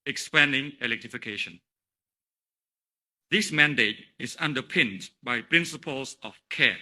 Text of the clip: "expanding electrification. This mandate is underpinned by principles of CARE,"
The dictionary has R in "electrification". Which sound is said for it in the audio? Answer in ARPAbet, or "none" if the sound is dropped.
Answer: R